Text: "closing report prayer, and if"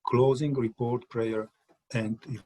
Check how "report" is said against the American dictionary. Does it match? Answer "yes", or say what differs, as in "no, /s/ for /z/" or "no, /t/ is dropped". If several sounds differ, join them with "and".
yes